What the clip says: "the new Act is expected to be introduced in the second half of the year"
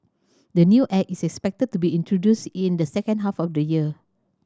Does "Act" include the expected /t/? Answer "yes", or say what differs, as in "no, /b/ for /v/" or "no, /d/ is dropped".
no, /t/ is dropped